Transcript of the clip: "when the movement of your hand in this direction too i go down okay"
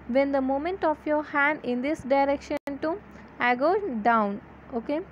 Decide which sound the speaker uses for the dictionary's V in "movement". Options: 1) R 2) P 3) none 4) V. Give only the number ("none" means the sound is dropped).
3